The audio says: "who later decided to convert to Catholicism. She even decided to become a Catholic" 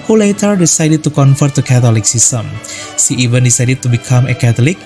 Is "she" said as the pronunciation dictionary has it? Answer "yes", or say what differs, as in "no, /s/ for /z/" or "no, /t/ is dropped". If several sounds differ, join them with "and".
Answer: no, /s/ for /ʃ/